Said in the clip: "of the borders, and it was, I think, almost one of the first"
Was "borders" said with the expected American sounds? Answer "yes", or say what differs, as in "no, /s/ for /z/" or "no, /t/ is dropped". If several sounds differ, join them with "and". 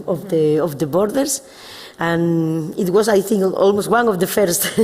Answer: no, /s/ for /z/